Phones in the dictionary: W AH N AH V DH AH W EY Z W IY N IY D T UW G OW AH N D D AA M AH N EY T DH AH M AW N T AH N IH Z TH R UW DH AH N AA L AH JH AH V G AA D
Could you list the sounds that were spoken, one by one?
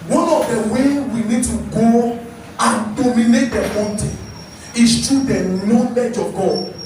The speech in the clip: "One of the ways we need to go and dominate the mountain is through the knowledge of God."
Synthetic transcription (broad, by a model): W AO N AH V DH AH W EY W IY N IY D T UW G OW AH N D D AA M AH N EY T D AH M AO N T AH IH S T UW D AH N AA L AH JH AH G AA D